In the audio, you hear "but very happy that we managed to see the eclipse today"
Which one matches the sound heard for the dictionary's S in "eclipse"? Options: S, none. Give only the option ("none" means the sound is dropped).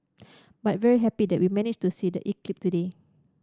none